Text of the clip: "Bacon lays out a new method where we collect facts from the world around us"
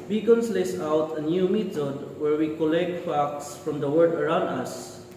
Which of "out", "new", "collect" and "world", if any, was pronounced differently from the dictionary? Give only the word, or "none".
world